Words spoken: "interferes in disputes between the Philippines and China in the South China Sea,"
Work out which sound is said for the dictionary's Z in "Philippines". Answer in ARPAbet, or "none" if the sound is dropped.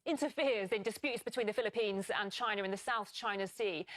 Z